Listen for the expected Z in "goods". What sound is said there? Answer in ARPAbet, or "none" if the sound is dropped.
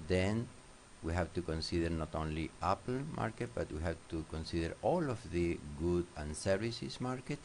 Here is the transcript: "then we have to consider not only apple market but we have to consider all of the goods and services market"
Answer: none